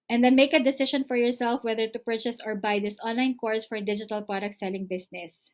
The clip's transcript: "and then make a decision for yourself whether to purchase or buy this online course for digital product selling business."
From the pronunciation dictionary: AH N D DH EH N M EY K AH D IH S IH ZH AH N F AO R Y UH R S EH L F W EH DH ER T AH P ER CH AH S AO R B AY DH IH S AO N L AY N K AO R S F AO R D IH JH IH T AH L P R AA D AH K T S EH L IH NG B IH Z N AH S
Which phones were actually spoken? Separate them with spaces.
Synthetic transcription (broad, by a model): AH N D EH N M EY K AH D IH S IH SH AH N F AO R Y UH R S EH L F W EH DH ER T AH P ER CH AH S AO R B AY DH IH S AO N L AY N K AO R S F AO R D IH JH IH T AH L P R AA D AH K T S EH L IH NG B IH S N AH S